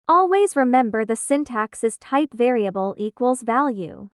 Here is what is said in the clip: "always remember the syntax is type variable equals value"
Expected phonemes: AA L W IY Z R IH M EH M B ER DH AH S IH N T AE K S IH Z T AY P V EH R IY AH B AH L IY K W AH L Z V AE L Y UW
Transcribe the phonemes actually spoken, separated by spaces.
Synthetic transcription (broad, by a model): AA L W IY Z R IH M EH M B ER DH AH S IH N T AE K S IH Z T AY P V EH R IY AH B AH L IY K W AH L Z V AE L Y UW